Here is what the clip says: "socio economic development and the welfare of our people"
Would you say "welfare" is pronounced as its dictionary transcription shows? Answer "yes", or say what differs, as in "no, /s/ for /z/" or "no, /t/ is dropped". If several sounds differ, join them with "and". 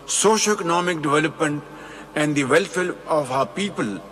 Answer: no, /l/ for /ɹ/